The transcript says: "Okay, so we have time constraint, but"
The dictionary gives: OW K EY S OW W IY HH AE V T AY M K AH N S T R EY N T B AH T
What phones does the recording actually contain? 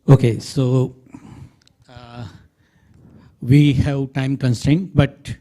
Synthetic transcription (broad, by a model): OW K EY S OW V IY HH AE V T AY M K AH N S T EY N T B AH T